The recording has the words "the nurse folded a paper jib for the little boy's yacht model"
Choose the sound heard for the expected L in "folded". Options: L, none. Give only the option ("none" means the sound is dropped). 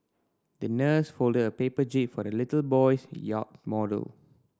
L